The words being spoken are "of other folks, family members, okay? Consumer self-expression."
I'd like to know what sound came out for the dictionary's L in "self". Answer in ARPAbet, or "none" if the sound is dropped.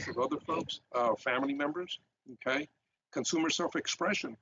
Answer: L